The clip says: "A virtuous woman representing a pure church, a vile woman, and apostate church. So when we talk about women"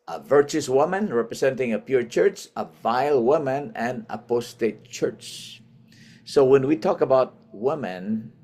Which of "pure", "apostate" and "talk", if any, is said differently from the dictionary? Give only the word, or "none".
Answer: none